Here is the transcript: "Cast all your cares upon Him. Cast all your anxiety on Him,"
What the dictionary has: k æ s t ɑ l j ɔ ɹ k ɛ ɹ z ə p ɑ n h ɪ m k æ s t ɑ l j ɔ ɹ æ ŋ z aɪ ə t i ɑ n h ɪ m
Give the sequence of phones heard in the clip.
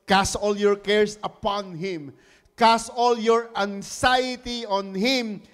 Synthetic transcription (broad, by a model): k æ s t ɑ l j ɔ ɹ k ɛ ɹ s ə p ɑ n h ɪ m k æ s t ɑ l j ɔ ɹ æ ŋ s aɪ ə t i ɑ n h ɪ m